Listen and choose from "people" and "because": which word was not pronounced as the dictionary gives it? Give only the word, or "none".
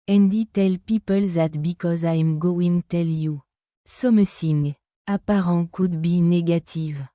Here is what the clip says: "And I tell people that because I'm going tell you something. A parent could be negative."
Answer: none